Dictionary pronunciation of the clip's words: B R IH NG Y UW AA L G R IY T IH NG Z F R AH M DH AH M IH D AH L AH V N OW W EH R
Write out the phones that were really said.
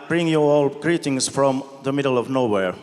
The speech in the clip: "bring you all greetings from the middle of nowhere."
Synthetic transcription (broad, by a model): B R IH NG Y UW AA L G R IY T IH NG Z F R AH M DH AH M IH D AH L AH V N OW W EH R